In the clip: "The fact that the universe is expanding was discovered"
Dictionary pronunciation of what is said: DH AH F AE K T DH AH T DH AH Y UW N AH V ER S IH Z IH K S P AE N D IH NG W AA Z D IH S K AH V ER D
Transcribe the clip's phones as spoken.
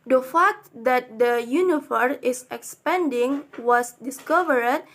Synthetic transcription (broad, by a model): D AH F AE K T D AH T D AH Y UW N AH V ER IH S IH K S P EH N D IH NG W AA S D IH S K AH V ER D